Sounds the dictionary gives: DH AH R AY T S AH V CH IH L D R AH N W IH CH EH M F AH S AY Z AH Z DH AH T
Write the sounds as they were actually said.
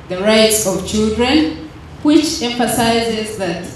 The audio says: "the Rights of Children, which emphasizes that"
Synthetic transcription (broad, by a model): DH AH R AY T S AH V CH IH L D R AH N W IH CH EH M F AH S AY Z AH Z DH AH T